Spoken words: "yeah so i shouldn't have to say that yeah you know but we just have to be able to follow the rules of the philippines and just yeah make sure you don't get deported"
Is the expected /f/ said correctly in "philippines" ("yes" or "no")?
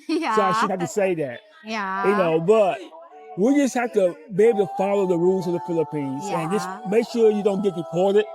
yes